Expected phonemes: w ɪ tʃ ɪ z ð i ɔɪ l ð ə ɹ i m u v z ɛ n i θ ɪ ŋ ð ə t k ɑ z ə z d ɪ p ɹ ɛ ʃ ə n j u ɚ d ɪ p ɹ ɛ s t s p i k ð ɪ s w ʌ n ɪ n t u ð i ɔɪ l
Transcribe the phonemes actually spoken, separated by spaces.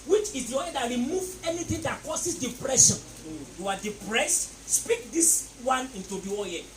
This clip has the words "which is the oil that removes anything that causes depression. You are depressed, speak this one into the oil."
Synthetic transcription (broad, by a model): w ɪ tʃ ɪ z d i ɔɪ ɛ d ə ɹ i m u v ɛ n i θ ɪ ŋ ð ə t k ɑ s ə s d ɪ p ɹ ɛ ʃ ə n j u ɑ d ɪ p ɹ ɛ s t s p i k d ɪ s w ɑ n ɪ n t u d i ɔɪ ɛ